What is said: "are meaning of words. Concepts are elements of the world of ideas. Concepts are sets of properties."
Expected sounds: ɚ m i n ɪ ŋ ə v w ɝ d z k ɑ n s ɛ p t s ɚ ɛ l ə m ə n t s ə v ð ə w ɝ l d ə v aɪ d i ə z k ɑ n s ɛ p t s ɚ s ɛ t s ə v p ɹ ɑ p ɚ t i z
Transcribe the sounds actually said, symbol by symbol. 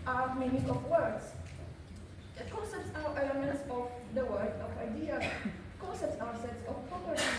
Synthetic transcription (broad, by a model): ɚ m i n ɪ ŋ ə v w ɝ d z k ɑ n s ɛ p t s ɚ ɛ l ə m ə n t s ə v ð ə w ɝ d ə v aɪ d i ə k ɑ n s ɛ p t s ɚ s ɛ t s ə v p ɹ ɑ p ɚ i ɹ